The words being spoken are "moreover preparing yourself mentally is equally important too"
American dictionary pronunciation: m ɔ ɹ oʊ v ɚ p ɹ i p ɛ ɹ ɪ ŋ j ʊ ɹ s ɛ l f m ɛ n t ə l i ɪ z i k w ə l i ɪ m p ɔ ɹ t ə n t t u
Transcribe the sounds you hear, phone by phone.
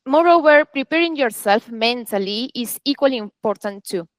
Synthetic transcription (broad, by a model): m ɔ ɹ oʊ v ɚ p ɹ i p ɛ ɹ ɪ ŋ j ʊ ɹ s ɛ l f m ɛ n t ə l i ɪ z i k w ə l i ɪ m p ɔ ɹ t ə n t t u